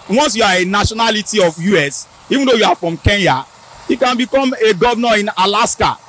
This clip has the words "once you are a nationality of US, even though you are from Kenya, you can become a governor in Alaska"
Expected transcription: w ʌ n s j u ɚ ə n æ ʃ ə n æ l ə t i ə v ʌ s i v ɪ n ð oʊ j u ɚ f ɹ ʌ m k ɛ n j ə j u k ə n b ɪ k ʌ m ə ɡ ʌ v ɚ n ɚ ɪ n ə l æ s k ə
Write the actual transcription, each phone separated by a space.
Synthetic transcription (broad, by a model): w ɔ n s j u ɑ ə n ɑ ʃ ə n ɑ l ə t i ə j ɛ s i v ɪ n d oʊ j u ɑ f ɹ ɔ m k ɛ n j ə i k ə n b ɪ k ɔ m ə ɡ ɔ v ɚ n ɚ ɪ n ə l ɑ s k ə